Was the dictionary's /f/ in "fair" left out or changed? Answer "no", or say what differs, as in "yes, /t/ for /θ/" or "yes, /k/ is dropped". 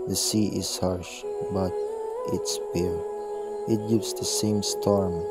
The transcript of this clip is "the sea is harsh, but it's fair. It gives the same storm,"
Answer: yes, /p/ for /f/